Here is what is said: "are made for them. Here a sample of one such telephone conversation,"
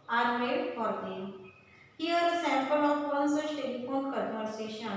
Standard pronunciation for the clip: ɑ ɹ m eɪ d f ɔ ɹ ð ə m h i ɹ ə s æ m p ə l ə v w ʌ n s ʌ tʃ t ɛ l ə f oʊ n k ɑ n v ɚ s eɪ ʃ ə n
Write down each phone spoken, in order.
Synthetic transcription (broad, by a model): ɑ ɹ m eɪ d f ɔ ɹ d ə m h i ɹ ə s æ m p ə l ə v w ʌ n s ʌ s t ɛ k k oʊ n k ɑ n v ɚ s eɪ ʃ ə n